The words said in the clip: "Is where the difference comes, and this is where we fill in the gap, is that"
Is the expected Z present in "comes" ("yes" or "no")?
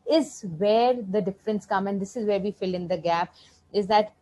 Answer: no